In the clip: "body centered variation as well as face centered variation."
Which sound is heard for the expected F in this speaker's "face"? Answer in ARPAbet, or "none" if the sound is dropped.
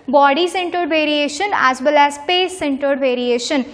P